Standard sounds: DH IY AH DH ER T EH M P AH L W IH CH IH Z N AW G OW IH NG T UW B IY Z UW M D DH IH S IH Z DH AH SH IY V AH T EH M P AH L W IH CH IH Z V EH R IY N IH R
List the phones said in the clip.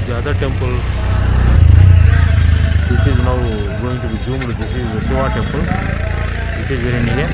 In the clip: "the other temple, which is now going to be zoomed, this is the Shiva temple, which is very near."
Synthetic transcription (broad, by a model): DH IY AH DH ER T EH M P AH L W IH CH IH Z N AW G OW IH NG T UW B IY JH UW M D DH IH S IH Z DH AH S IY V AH T EH M P AH L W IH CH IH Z V EH R IY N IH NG